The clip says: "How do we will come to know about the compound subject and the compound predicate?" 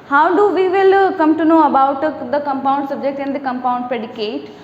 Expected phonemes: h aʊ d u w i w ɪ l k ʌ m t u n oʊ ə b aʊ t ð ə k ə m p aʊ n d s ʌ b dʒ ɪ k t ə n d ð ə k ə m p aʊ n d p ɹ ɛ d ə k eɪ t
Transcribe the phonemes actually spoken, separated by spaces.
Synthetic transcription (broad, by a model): h aʊ d u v i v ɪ l k ʌ m t u n oʊ ə b aʊ t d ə k ə m p aʊ n d s ʌ b dʒ ɪ k t ə n d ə k ə m p aʊ n d p ɹ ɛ d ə k eɪ t